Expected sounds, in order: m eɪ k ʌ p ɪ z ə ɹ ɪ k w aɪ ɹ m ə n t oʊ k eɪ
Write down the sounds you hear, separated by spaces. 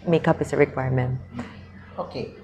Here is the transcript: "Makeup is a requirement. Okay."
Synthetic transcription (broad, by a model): m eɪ k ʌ p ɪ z ə ɹ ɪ k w aɪ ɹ m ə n oʊ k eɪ